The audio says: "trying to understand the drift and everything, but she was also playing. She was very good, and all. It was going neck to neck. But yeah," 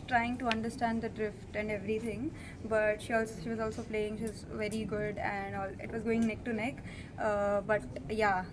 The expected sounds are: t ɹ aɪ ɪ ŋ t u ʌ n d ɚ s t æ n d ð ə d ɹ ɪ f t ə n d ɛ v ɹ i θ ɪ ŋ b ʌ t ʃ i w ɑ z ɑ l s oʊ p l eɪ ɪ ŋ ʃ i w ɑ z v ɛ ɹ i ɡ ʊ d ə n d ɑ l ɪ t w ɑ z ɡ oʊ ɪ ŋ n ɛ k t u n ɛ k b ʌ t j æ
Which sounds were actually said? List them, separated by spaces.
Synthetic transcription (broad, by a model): t ɹ aɪ ɪ ŋ t u ʌ n d ɚ s t æ n d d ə d ɹ ɪ f t ə n d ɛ v ɹ i t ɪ ŋ b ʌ t ʃ i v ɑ z ɑ l s oʊ p l eɪ ɪ ŋ ʃ i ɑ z v ɛ ɹ i ɡ ʊ d ə n d ɑ l ɪ t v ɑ z ɡ oʊ ɪ ŋ n ɛ k t u n ɛ k b ʌ t j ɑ